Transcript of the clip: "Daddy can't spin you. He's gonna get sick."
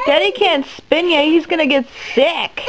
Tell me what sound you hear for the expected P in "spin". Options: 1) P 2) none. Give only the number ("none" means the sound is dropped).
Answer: 1